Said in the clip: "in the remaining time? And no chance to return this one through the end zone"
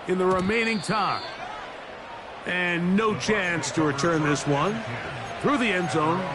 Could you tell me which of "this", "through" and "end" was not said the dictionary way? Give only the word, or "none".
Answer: none